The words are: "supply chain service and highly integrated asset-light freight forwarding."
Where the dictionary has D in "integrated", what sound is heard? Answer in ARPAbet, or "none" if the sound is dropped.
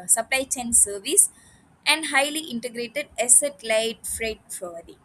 D